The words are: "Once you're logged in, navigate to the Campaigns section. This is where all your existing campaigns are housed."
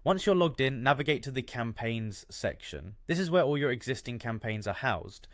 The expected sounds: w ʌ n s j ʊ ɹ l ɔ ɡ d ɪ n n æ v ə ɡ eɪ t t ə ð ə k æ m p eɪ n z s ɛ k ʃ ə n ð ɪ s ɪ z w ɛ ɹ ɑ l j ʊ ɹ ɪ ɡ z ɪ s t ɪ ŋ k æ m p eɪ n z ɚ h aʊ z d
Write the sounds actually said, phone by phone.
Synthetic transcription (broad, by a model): w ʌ n s j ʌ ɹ l ɔ ɡ d ɪ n n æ v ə ɡ eɪ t t ə ð ə k æ m p eɪ n z s ɛ k ʃ ə n ð ɪ s ɪ z w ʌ ɹ ɑ l j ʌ ɹ ɪ ɡ z ɪ s t ɪ ŋ k æ m p eɪ n z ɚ h aʊ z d